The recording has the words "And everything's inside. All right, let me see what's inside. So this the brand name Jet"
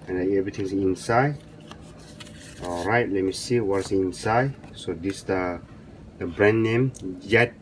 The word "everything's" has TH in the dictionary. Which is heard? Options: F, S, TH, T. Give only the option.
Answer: T